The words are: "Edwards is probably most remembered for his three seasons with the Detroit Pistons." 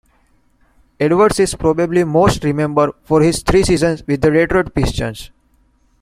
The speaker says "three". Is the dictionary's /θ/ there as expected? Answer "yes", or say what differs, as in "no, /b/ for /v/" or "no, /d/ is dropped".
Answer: no, /t/ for /θ/